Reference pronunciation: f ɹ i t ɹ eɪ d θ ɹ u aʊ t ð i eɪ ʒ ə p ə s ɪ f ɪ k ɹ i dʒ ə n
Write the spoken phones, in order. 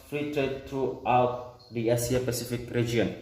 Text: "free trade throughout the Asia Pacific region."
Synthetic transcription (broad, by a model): f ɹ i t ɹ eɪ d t ɹ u aʊ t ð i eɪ s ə p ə s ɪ f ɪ k ɹ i dʒ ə n